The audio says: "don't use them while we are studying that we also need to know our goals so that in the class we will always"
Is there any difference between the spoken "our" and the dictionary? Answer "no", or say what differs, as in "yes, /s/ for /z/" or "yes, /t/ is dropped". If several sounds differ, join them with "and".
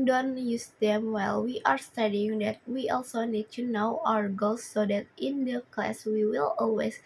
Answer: no